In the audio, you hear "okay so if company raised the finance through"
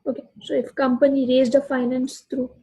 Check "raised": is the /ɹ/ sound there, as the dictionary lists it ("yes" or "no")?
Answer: yes